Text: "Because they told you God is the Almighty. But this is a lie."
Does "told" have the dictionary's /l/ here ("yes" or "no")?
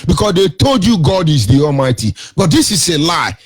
yes